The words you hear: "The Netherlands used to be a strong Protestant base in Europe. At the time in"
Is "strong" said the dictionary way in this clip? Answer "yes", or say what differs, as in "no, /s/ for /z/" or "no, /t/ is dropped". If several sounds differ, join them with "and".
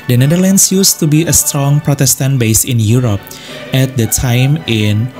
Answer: yes